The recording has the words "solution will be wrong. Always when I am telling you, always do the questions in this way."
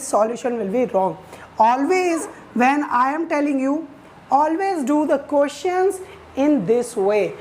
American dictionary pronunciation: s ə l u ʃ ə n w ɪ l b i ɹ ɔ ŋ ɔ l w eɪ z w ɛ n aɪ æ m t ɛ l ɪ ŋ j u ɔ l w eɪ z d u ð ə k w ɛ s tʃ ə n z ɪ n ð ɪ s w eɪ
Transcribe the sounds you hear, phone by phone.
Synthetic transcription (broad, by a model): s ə l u ʃ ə n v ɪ l b i ɹ ɔ ŋ ɔ l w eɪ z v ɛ n aɪ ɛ m t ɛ l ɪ ŋ j u ɔ l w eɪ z d u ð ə k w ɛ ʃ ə n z ɪ n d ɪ s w eɪ